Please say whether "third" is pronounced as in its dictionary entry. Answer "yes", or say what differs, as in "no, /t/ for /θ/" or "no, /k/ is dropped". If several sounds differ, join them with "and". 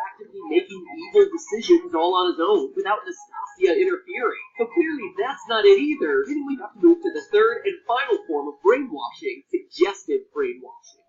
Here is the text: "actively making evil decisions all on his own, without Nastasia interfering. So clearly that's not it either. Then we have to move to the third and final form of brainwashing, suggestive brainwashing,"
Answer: yes